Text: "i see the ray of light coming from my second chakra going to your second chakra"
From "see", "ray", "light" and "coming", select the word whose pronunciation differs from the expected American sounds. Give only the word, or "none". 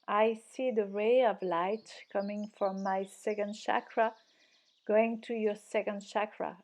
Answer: none